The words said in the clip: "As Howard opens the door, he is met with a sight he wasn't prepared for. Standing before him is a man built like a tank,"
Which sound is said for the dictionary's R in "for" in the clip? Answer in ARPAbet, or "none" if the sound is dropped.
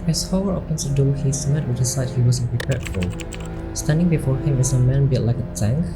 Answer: L